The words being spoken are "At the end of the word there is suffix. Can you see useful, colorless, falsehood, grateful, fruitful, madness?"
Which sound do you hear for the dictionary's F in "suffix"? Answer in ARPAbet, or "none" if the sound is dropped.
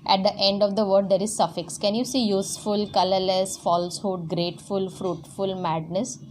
F